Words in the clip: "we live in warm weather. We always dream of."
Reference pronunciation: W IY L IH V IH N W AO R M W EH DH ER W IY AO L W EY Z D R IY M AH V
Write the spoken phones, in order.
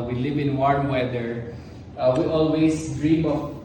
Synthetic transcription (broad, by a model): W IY L IH V IH N W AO R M W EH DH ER W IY AO L W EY S D R IY M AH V